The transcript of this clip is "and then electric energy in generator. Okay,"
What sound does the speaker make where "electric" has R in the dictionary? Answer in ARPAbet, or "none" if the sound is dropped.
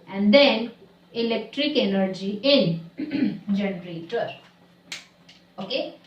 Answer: R